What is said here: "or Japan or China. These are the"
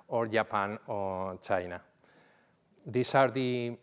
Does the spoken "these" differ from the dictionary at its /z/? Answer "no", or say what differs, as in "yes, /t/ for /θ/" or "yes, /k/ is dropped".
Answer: yes, /s/ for /z/